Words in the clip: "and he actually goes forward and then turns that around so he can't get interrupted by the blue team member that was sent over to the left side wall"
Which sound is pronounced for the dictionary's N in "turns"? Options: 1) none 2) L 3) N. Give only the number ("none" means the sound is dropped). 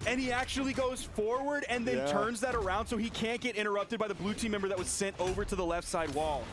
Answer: 3